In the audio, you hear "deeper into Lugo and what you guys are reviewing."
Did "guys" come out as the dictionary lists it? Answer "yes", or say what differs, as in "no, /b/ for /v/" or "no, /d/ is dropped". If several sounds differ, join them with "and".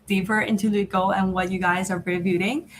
yes